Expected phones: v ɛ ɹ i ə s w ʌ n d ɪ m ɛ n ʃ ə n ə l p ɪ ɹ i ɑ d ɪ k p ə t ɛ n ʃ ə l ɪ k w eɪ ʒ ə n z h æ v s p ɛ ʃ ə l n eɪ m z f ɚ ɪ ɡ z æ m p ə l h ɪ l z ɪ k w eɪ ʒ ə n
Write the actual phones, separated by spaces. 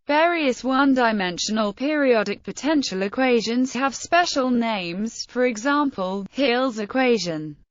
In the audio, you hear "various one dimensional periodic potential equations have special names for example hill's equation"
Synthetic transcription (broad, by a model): v ɛ ɹ i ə s w ʌ n d ɪ m ɛ n ʃ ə n ə l p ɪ ɹ i ɑ d ɪ k p ə t ɛ n ʃ ə l ɪ k w eɪ ʒ ə n z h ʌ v s p ɛ ʃ ə l n eɪ m z f ɚ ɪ ɡ z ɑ m p ə l h ɪ l z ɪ k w eɪ ʒ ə n